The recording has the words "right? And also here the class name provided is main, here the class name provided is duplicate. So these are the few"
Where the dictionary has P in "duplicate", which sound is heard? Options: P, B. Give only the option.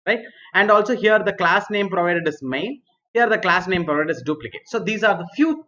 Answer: P